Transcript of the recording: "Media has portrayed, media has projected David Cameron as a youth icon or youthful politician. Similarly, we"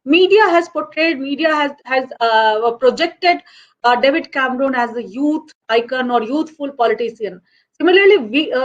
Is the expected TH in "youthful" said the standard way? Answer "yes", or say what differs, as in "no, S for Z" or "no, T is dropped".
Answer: no, T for TH